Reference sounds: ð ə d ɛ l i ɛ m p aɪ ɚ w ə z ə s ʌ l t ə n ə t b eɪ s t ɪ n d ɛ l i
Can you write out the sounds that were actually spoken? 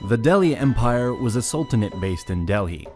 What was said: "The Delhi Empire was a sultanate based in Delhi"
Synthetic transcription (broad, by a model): ð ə d ɛ l i ɛ m p aɪ ɚ w ə z ə s ʌ l t ə n ə t b eɪ s t ɪ n d ɛ l i